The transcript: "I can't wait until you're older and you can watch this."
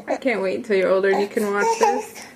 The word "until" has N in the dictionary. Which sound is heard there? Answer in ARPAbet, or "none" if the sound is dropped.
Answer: none